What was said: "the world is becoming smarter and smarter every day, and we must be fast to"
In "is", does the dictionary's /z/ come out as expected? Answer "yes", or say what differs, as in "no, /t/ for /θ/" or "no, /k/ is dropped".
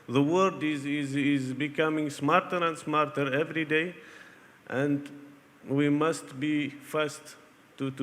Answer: yes